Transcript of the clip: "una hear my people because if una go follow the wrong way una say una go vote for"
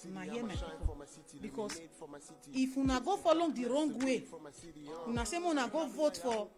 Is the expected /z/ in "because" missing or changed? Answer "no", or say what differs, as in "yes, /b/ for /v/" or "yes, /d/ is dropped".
yes, /s/ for /z/